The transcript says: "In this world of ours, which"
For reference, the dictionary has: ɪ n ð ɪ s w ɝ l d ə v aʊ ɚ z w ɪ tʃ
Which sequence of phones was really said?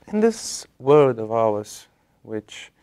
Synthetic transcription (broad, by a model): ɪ n ð ɪ s w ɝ d ə v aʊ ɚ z w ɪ tʃ